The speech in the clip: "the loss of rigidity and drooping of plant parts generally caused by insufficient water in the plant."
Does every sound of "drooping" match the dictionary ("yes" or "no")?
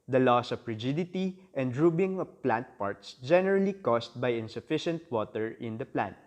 no